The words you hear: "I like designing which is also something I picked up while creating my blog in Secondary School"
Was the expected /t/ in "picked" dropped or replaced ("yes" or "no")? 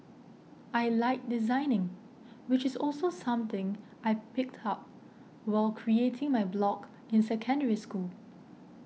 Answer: no